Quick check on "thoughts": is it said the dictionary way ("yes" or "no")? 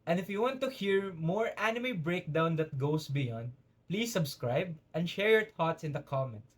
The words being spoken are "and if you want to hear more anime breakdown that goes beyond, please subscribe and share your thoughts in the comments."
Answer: no